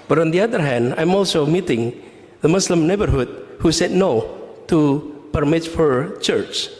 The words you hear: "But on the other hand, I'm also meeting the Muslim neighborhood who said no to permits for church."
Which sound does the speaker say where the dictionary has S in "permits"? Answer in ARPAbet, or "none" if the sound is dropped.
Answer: none